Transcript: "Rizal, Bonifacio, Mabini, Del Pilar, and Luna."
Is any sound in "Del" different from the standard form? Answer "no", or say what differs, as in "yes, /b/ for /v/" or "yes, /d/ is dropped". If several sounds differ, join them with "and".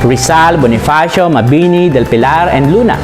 no